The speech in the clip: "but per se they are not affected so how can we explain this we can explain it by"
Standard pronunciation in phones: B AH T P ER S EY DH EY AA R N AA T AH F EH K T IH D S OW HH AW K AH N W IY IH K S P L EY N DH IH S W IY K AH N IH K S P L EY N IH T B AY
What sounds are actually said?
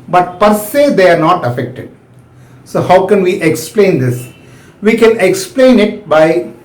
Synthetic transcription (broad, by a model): B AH T P ER S EY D EY AA R N AA T AH F EH K T IH D S OW HH AW K AH N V IY IH K S P L EY N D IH S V IY K AH N IH K S P L EY N IH T B AY